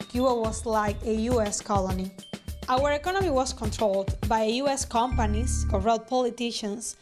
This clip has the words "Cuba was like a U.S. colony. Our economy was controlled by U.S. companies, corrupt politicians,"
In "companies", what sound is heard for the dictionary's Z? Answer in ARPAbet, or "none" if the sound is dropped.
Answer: S